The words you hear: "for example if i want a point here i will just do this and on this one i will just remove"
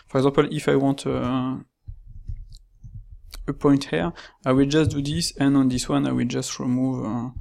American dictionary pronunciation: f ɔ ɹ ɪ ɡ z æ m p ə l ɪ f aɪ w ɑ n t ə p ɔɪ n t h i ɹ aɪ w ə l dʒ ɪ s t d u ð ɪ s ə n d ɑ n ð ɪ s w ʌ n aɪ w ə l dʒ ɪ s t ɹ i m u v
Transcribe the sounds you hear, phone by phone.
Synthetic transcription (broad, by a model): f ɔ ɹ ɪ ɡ z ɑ p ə l ɪ f aɪ w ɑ t ə p ɔɪ n t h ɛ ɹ aɪ w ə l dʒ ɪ s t d u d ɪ s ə n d ɑ n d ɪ s w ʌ n aɪ w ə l dʒ ɪ s t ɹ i m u v